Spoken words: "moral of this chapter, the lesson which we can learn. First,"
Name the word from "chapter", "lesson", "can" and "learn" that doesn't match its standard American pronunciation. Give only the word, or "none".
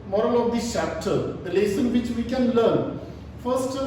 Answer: none